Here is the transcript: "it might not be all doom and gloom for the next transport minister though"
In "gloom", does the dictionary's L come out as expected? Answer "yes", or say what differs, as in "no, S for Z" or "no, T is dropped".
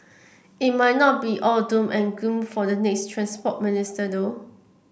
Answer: no, L is dropped